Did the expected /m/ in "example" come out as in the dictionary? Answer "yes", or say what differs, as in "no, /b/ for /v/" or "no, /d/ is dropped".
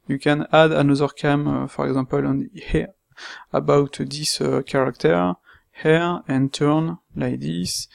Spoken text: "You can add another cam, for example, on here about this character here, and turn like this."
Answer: no, /m/ is dropped